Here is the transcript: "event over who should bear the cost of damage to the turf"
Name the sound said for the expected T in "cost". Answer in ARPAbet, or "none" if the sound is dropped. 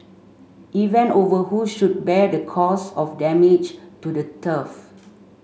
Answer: none